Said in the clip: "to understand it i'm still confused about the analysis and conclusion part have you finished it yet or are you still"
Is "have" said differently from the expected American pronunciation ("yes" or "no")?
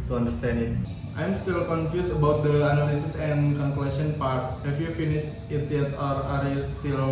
yes